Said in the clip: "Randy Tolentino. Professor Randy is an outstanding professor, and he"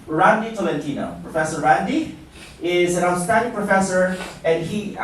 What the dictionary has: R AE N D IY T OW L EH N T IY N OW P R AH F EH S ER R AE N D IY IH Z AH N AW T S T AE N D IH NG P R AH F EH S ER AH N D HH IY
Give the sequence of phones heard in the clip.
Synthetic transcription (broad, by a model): R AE N D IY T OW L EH N T IY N OW P R AH F EH S ER R AE N D IY IH Z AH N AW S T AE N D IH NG P R AH F EH S ER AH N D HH IY